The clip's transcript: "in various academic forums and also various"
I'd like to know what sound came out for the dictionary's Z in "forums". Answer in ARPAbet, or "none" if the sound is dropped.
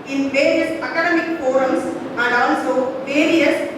S